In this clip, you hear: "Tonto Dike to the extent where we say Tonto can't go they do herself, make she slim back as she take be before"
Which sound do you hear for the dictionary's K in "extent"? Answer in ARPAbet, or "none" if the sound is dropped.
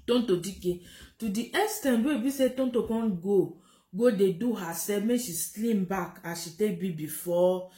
none